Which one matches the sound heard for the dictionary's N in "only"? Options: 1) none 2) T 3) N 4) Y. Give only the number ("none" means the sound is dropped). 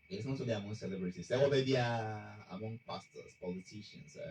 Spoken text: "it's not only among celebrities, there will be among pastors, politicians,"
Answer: 1